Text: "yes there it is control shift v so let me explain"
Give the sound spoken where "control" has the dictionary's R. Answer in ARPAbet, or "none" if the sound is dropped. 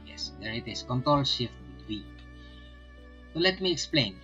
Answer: R